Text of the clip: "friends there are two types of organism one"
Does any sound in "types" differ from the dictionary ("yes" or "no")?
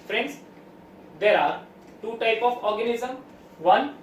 yes